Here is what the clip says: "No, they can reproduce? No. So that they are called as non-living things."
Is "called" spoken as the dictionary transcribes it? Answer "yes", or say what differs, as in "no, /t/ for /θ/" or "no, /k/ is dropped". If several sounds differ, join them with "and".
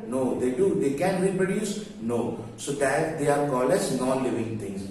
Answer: no, /d/ is dropped